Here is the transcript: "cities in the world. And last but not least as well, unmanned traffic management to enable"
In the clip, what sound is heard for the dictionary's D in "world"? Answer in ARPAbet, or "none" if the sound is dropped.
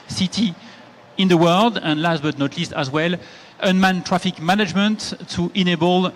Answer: D